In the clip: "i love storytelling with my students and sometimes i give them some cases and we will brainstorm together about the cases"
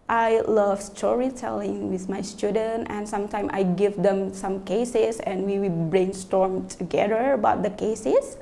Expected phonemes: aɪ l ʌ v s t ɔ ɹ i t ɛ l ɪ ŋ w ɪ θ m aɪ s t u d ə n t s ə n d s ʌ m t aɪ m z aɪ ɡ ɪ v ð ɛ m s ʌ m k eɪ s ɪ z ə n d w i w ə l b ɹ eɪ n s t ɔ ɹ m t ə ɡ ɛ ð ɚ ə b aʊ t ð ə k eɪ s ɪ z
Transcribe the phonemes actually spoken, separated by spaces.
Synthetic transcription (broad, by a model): aɪ l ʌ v s t ɔ ɹ i t ɛ l ɪ ŋ w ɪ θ m aɪ s t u d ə n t ə n s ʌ m t aɪ m aɪ ɡ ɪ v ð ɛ m s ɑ m k eɪ s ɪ s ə n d w i w ə l b ɹ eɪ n s t ɔ ɹ m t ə ɡ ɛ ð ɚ ə b aʊ t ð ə k eɪ s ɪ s